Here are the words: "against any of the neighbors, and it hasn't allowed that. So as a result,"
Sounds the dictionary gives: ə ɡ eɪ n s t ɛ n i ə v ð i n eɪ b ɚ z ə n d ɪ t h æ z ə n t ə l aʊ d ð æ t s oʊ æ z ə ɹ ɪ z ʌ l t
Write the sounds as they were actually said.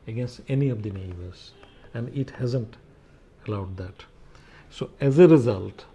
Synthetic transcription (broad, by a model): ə ɡ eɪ n s t ɛ n i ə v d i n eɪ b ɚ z ə n d ɪ t h æ z ə n t ə l aʊ d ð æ t s oʊ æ z ə ɹ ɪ z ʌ l t